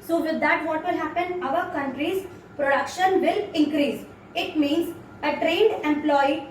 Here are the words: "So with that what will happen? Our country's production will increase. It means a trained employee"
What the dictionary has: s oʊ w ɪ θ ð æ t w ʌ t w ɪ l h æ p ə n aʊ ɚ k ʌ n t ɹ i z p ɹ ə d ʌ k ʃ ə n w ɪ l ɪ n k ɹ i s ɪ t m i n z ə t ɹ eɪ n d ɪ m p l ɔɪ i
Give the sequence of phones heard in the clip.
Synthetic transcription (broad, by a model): s oʊ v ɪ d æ t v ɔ t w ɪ l h æ p ə n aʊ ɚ k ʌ n t ɹ i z p ɹ ə d ʌ k ʃ ə n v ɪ l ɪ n k ɹ i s ɪ t m i n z ə t ɹ eɪ n d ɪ m p l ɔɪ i